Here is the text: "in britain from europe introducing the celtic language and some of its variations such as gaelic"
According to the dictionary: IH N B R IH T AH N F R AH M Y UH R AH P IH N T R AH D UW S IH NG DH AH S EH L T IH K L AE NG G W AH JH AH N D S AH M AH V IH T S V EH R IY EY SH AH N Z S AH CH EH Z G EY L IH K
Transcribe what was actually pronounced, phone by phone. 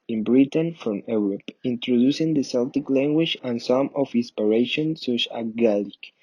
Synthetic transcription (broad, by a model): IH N B R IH T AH N F R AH M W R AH P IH N T R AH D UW S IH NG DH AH S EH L T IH K L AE NG G W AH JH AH N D S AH M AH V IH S P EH R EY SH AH N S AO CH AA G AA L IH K